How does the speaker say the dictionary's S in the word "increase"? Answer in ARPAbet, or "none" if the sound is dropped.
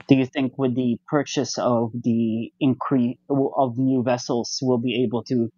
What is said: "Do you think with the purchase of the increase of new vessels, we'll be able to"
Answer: none